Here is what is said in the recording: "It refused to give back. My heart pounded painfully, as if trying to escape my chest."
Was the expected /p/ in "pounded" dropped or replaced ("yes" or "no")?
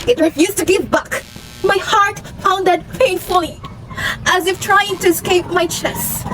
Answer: yes